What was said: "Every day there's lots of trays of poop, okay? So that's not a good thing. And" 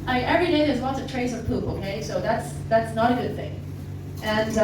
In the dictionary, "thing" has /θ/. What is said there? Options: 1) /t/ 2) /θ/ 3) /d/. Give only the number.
2